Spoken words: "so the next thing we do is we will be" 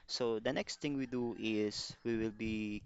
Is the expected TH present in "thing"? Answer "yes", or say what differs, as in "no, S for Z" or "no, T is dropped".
no, T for TH